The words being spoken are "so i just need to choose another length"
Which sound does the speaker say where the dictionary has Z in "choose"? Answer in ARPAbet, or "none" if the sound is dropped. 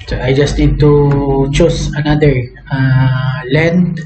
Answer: S